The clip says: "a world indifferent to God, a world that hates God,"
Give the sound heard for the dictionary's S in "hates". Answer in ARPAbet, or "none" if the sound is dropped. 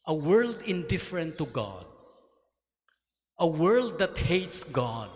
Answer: S